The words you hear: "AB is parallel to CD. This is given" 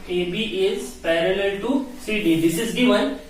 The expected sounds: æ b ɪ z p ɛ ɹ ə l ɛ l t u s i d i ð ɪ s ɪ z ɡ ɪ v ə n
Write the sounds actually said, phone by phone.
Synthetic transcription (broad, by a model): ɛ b ɪ z p ɛ ɹ ə l ɛ l t u s i d i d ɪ s ɪ z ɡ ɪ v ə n